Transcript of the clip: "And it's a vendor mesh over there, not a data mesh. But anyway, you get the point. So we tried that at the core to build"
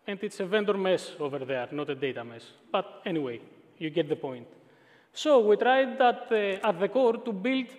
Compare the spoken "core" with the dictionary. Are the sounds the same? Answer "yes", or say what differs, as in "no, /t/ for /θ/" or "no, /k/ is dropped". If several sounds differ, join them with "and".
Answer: yes